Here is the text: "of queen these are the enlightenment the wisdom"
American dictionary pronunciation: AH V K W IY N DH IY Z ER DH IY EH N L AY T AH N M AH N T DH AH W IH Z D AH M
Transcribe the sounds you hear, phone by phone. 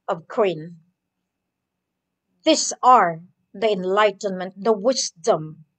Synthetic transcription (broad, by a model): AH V K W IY N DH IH S ER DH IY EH N L AY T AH N M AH N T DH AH W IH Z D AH M